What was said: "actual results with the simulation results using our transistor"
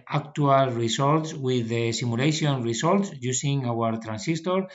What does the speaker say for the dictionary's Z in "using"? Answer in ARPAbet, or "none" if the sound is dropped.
S